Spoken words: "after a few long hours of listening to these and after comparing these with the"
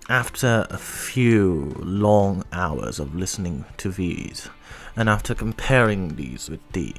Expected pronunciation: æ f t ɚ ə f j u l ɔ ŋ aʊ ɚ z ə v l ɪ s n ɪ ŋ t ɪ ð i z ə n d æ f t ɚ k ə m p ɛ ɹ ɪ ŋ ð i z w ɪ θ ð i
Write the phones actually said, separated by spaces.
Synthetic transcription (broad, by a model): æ f t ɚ ə f j u l ɔ ŋ aʊ ɚ z ə v l ɪ s n ɪ ŋ t ɪ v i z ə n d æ f t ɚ k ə m p ɛ ɹ ɪ ŋ ð i z w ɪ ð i